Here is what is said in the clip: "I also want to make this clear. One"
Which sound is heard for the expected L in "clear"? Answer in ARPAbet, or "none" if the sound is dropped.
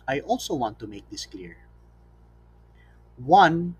L